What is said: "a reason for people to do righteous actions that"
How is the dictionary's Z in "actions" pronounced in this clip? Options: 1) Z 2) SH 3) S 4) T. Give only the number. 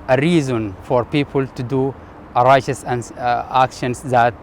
3